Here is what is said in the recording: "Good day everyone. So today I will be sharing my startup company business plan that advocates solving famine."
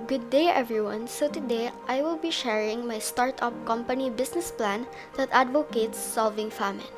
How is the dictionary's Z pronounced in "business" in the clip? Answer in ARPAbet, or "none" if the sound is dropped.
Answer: S